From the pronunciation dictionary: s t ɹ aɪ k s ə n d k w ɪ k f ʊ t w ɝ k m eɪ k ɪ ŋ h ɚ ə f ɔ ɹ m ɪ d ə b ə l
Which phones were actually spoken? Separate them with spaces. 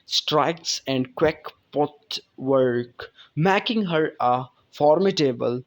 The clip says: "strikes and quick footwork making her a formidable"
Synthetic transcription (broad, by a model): s t ɹ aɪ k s ə n d k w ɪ k p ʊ t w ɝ k m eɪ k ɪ ŋ h ɚ ə f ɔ ɹ m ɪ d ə b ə l